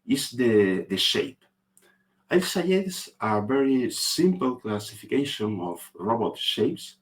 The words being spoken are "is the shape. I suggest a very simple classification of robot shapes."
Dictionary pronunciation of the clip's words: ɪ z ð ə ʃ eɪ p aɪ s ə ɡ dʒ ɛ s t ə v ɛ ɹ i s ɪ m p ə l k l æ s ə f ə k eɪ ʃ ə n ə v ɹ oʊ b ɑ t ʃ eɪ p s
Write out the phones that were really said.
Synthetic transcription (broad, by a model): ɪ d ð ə ʃ eɪ p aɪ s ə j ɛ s ə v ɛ ɹ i s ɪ m p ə l k l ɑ s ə f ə k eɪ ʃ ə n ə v ɹ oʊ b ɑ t ʃ eɪ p s